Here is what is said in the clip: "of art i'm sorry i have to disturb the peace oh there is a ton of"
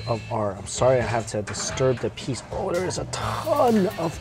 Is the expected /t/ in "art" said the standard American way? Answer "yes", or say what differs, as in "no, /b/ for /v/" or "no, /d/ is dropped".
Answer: no, /t/ is dropped